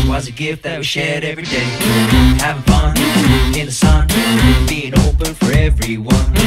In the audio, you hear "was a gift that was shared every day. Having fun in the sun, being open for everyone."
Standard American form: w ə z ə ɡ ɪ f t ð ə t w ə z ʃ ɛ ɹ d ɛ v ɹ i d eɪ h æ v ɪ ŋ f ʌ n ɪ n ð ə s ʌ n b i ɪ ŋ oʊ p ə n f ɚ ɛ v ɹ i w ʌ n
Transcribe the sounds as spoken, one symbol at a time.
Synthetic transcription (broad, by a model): w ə z ə ɡ ɪ f t ð ə t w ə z ʃ ɛ ɹ d ɛ v ɹ i d eɪ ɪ ɪ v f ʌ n ɪ n ð ə s ʌ n b i ɪ ŋ oʊ p ə n f ɚ ɛ v ɹ i w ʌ n